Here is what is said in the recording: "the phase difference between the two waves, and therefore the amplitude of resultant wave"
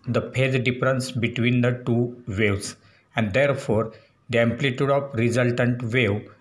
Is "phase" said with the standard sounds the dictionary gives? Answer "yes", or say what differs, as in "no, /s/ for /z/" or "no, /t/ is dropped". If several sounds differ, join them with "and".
no, /p/ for /f/